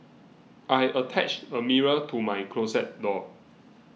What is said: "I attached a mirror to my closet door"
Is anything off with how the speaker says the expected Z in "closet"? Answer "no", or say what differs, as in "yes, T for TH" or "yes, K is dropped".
yes, S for Z